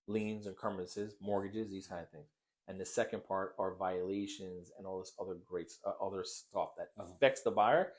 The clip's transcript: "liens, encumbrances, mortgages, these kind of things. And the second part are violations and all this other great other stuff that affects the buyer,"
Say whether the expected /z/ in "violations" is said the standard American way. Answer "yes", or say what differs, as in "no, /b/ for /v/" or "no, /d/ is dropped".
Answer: yes